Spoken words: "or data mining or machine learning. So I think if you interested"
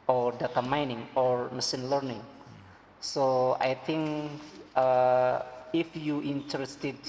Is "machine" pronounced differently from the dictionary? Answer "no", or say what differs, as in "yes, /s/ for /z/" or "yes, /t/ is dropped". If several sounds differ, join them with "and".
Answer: yes, /s/ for /ʃ/